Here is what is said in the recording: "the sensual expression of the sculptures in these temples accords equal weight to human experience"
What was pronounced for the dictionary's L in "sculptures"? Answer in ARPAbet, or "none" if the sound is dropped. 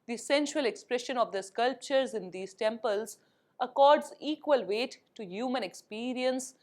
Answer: L